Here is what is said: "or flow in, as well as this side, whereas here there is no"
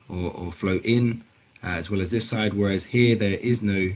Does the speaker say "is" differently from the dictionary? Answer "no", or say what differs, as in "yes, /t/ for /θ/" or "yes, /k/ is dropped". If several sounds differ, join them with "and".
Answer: no